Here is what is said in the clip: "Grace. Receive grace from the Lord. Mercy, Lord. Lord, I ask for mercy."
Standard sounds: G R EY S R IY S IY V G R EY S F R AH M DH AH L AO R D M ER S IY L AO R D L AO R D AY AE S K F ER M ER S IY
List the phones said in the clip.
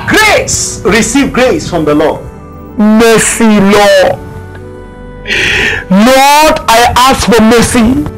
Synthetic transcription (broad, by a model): G R EY S R IY S IY V G R EY S F R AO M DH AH L AO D M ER S IY L AO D L AO D AY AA S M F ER M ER S IY